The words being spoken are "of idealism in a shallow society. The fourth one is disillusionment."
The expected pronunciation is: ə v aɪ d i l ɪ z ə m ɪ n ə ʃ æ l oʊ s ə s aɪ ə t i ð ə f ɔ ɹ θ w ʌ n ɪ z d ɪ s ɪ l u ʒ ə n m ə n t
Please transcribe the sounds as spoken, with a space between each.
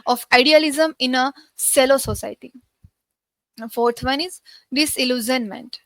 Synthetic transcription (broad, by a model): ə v aɪ d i l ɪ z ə m ɪ n ə s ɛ l oʊ s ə s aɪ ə t i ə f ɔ ɹ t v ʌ n ɪ z d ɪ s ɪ l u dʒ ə n m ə n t